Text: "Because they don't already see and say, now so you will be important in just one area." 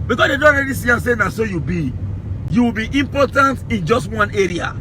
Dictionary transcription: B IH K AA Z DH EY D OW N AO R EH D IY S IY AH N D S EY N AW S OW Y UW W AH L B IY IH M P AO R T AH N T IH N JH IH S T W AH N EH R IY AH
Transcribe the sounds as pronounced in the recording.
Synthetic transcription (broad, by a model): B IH K AA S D EY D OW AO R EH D IY S IY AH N S EY N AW S OW Y UW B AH W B IY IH M P AO T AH N T IH N JH IH S T W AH N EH R IY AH